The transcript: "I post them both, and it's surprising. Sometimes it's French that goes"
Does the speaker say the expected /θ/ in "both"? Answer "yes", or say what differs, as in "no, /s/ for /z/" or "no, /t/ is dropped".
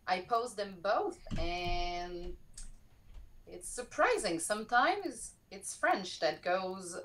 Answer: yes